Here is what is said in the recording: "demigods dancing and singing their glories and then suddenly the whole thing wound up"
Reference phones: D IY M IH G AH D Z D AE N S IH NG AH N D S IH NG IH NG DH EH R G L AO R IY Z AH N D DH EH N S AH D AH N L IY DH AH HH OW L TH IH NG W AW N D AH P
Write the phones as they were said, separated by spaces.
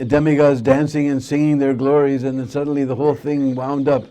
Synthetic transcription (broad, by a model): D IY M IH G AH Z D AE N S IH NG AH N S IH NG IH NG DH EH R G L AO R IY Z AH N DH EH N S AH D N L IY DH AH HH OW L TH IH NG W AW N D AH P